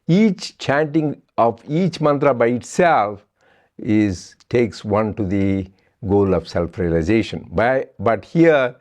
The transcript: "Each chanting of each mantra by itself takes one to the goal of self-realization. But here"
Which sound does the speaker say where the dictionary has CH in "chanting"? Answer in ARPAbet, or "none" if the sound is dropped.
CH